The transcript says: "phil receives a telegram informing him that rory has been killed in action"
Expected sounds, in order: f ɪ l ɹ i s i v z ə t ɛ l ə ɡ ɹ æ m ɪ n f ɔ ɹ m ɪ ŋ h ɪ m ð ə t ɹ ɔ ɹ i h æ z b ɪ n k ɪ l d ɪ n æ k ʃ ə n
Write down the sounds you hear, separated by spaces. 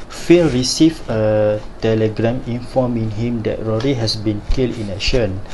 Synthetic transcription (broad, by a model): f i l ɹ i s i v ə t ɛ l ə ɡ ɹ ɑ m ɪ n f ɔ m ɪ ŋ h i m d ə t ɹ ɔ ɹ i h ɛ s b ɪ n k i l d ɪ n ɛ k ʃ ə n